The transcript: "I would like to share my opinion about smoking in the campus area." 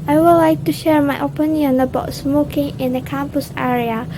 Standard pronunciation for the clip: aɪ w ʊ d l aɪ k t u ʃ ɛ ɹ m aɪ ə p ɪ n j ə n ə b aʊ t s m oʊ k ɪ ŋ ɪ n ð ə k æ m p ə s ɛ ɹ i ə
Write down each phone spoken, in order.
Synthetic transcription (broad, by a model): aɪ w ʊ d l aɪ k t u ʃ ɛ ɹ m aɪ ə p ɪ n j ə n ə b aʊ t s m oʊ k ɪ ŋ ɪ n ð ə k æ m p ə s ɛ ɹ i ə